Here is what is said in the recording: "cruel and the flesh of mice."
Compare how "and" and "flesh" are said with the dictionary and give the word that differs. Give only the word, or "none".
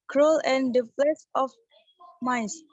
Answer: flesh